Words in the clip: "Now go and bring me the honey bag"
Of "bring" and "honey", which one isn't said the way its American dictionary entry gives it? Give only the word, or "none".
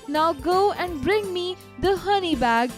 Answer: none